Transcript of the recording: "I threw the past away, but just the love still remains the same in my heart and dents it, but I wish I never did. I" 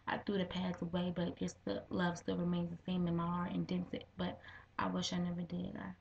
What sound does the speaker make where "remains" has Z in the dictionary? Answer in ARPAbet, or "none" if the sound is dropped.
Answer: Z